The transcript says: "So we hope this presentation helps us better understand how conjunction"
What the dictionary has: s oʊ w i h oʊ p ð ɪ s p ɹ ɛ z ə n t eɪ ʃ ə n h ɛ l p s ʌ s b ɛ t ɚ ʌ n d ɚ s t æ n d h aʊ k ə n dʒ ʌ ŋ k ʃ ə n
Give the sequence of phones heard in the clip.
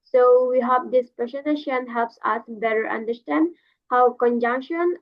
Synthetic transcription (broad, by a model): s oʊ w i h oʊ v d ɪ s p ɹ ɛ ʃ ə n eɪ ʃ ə n h ɛ l p s ʌ s b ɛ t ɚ ʌ n d ɚ s t æ n d h aʊ k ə n dʒ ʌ ŋ k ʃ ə n